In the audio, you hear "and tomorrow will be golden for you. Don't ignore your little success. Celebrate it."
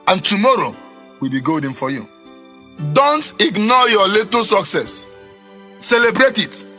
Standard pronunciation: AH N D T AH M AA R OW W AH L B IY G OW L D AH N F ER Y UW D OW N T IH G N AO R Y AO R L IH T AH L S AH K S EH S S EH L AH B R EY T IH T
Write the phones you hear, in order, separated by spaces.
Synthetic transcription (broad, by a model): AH N T AH M AA R OW W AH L B IY G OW D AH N F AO Y UW D OW N T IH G N AO Y AO L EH T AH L S AH K S EH S S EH L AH B R EY T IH T